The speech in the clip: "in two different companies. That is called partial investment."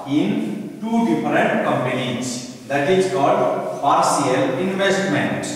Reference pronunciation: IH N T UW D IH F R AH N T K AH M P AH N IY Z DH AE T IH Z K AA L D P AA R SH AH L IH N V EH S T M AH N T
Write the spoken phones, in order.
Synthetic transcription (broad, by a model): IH N T UW D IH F R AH N T K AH M P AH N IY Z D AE T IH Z K AA L D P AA R S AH L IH N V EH S T M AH N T